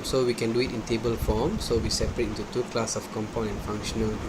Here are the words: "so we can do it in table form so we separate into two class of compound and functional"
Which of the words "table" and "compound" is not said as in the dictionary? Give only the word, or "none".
compound